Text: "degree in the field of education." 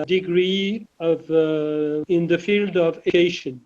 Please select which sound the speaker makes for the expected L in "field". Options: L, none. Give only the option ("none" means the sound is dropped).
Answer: L